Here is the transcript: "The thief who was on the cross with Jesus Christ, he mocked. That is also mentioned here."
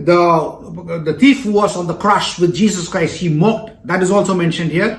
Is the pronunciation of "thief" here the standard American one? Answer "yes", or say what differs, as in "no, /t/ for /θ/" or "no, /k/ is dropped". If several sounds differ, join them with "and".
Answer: no, /t/ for /θ/